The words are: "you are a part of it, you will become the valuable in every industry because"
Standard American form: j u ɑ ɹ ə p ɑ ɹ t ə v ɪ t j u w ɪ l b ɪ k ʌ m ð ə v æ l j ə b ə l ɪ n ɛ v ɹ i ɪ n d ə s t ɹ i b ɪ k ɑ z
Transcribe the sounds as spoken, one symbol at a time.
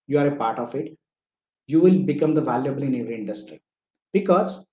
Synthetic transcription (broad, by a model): j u ɑ ɹ ə p ɑ ɹ t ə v ɪ t j u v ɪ l b ɪ k ʌ m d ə v æ l j ə b ə l ɪ n ɛ v ɹ i ɪ n d ə s t ɹ i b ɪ k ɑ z